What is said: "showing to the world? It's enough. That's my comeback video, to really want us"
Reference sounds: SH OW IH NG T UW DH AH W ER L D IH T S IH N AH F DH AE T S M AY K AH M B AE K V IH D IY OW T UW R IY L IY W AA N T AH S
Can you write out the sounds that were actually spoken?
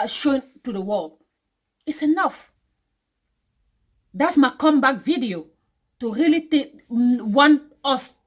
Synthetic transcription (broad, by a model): SH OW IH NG T UW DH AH W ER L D IH T S IH N AH F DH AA T S M AY K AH M B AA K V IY D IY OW T UW R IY L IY W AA N AH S